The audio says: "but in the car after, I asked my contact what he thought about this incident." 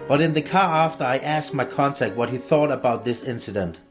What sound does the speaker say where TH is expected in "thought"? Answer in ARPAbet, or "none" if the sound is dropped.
TH